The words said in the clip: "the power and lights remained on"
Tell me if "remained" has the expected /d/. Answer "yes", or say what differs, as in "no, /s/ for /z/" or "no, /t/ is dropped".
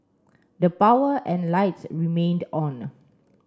yes